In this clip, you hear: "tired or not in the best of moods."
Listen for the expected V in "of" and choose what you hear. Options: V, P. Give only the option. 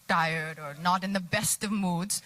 V